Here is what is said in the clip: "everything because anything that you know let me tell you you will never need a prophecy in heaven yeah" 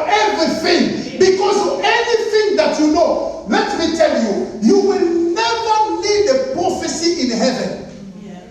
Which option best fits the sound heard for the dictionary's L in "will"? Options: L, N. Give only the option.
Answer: L